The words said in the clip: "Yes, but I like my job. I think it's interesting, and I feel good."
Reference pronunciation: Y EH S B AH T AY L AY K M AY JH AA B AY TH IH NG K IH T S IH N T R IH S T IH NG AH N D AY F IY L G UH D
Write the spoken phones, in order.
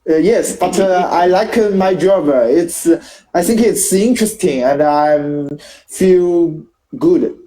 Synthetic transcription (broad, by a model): Y EH S B AH T AY L AY K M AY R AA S AY TH IH NG K IH T S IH N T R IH S T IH NG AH N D AY F IY L G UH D